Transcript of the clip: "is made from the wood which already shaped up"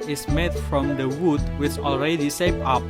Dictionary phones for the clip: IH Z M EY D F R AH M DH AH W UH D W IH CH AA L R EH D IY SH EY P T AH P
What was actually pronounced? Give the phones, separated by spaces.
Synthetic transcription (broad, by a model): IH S M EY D F R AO M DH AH W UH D W IH CH AA L R EH D IY S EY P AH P